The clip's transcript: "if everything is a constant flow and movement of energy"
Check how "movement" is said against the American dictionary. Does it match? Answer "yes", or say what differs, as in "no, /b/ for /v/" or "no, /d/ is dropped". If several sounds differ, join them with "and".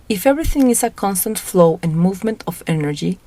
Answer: yes